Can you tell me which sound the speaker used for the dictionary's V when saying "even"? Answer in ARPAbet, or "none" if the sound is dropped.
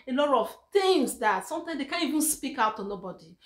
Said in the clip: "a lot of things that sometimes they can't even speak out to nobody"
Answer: V